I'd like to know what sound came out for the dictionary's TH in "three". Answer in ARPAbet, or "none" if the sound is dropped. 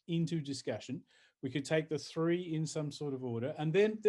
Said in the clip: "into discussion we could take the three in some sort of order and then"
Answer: TH